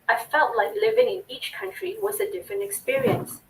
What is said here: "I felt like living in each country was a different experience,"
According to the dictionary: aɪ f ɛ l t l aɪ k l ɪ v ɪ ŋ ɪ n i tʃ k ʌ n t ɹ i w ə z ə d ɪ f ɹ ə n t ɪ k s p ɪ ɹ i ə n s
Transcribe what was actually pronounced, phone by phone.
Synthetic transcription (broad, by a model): aɪ f ɛ l t l aɪ k l ɪ v ɪ ŋ ɪ n i tʃ k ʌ n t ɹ i w ə z ə d ɪ f ɹ ə n t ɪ k s p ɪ ɹ i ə n s